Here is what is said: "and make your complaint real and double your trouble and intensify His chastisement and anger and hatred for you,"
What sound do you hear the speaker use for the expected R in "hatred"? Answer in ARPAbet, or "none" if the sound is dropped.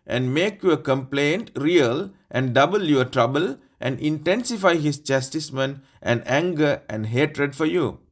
R